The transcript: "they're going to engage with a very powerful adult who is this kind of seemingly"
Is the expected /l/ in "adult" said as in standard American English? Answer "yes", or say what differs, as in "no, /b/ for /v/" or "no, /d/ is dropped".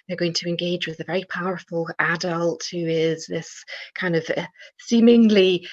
yes